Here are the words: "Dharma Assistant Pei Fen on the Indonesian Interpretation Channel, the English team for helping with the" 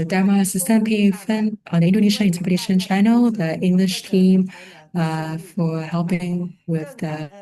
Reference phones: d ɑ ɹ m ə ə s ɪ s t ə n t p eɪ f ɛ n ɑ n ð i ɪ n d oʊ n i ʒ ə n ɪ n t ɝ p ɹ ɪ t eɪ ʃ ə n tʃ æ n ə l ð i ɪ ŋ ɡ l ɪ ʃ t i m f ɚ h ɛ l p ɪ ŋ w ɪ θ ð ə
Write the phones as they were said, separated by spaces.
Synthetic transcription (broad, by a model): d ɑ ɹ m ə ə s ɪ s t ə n p eɪ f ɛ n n ð i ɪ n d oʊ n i ʃ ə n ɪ n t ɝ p ɪ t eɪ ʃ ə n tʃ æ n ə l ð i ɪ ŋ ɡ l ɪ ʃ t i m f ɚ h ɛ l p ɪ ŋ w ɪ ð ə